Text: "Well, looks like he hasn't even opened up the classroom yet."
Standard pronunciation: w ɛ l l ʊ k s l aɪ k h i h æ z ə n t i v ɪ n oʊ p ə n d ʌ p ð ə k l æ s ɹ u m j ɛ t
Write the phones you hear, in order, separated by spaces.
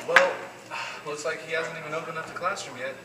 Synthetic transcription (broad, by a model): w ɛ l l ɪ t s l aɪ k h i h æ z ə n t i v ɪ n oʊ p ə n ʌ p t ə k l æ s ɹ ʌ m j ɛ t